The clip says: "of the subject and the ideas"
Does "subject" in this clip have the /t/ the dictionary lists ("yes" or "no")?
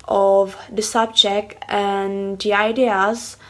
yes